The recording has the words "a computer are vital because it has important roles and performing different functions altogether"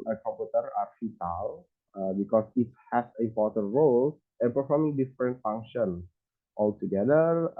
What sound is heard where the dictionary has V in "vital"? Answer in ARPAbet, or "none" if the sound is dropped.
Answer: F